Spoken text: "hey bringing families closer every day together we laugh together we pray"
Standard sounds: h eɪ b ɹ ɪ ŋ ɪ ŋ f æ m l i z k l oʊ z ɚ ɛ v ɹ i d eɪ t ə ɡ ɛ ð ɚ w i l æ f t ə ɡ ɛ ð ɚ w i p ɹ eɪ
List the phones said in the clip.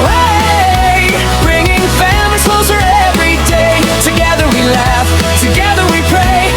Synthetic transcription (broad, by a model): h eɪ b ɹ ɪ ŋ ɪ ŋ f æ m i k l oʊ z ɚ ɛ v ɹ i d eɪ t ə ɡ ɛ ð ɚ w i l æ f t ə ɡ ɛ ð ɚ w i p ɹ eɪ